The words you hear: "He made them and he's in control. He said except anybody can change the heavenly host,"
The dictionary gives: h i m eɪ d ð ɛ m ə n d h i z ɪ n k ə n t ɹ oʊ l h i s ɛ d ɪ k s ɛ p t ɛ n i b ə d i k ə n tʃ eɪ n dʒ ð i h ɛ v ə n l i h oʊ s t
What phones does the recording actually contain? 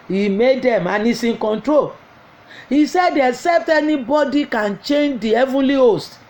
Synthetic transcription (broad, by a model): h i m eɪ d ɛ m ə n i s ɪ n k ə n t ɹ oʊ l h i s ɛ d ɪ s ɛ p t ɛ n i b ə d i k ə n tʃ eɪ n dʒ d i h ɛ v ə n l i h oʊ s t